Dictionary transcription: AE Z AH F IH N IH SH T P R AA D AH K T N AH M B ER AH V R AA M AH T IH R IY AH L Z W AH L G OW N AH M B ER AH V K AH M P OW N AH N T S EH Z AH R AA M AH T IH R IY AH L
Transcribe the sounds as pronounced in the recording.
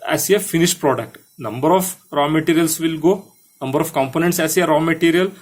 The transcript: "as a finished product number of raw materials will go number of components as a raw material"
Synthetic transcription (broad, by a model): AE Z AH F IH N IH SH T P R AA D AH K T N AH M B ER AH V R AA M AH T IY R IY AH L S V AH L G OW N AH M B ER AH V K AH M P OW N AH N T S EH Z AH R AA M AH T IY R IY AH L